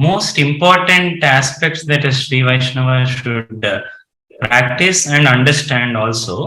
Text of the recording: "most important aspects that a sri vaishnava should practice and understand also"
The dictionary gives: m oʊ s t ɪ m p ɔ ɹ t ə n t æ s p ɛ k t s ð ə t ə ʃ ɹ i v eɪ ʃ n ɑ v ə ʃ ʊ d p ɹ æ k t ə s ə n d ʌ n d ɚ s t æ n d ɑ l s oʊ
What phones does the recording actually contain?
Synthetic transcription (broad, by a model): m oʊ s t ɪ m p ɔ ɹ t ə n t æ s p ɛ k t s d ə t ə ʃ ɹ i v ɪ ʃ n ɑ v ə ʃ ʊ d p ɹ æ k t ə s ə n d ʌ n d ɚ s t æ n d ɑ l s oʊ